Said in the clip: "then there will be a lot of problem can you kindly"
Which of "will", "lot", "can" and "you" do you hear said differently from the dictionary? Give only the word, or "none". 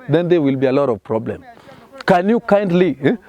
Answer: none